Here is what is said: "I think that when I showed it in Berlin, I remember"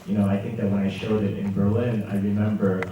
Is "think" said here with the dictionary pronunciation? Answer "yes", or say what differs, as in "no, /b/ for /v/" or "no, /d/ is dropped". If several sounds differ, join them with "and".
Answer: yes